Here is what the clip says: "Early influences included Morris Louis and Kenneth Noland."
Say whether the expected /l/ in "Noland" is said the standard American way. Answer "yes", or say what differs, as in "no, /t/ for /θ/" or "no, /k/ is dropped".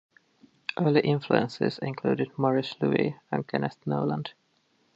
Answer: yes